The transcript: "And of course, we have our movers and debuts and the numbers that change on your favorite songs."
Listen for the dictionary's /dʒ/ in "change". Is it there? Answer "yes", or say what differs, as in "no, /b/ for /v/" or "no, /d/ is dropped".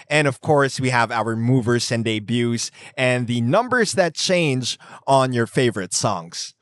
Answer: yes